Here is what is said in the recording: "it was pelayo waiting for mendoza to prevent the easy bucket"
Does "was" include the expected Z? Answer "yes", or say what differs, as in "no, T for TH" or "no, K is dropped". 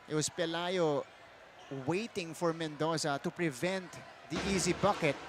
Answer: no, S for Z